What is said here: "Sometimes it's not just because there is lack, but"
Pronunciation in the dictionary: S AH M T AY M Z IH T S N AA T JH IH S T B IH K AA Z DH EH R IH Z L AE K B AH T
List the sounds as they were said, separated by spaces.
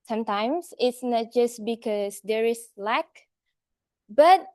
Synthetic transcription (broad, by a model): S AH M T AY M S IH T S N AA T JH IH S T B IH K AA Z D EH R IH S L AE K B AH T